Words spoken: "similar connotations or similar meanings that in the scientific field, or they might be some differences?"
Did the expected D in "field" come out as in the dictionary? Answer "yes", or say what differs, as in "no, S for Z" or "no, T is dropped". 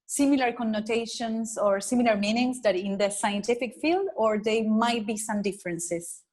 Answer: yes